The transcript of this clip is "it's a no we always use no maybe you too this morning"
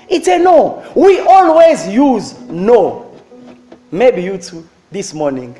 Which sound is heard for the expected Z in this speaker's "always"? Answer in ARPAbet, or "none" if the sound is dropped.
Z